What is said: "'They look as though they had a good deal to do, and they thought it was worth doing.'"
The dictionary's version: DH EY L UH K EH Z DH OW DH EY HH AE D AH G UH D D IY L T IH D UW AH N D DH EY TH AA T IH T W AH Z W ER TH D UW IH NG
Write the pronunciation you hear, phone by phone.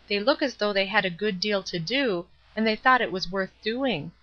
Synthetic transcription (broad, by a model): DH EY L UH K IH Z DH OW DH EY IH D AH G UH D D IY L T IH D UW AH N DH EY TH AA T IH T W AH Z W ER TH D UW IH NG